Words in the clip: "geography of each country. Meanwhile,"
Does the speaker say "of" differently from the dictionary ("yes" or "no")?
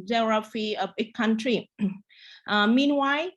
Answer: yes